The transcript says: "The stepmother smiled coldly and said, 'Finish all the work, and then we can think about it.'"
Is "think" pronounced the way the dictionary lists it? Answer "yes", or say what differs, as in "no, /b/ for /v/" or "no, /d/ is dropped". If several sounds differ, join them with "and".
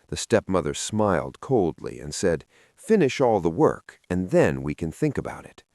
yes